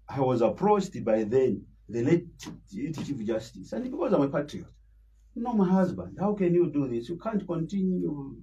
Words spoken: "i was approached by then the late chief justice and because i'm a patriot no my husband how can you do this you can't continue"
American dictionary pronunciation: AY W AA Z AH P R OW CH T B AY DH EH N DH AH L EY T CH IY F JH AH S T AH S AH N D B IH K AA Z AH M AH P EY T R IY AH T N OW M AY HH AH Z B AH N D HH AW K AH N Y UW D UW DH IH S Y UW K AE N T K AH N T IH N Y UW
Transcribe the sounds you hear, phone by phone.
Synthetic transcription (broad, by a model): AY W AA Z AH P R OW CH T B AY DH EH N DH AH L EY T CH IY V JH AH S T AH S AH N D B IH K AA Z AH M AH P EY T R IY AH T N OW M AY HH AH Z B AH N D HH AW K AH N Y UW D UW DH IH S Y UW K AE N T K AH N T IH N Y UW